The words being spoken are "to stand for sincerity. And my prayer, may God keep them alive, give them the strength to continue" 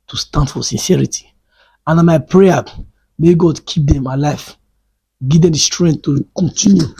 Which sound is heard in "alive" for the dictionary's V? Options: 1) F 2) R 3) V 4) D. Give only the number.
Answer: 1